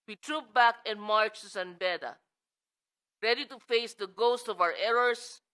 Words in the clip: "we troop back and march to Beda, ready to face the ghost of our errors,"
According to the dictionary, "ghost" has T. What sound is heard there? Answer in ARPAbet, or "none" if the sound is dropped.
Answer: T